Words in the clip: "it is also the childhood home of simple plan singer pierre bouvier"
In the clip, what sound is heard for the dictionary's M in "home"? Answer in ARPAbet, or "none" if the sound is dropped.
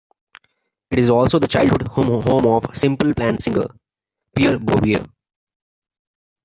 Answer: M